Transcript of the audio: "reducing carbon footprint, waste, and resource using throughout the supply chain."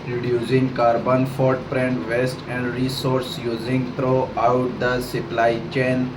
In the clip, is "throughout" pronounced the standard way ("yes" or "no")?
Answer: no